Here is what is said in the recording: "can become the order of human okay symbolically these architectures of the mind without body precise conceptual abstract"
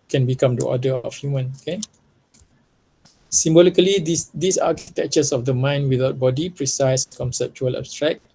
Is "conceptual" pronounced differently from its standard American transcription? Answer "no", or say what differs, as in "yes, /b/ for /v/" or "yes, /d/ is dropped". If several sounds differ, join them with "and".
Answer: no